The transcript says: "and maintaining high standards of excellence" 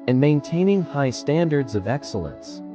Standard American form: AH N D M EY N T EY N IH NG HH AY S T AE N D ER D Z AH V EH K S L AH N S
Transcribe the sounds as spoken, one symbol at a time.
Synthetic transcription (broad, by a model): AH N M EY N T EY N IH NG HH AY S T AE N D ER D Z AH V EH K S L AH N S